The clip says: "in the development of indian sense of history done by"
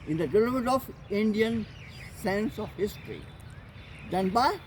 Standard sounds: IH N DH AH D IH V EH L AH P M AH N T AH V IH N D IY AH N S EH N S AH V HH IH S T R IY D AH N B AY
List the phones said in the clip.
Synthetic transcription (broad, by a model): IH N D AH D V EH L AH M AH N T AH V IH N D IY AH N S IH N S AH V HH IH S T R IY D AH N B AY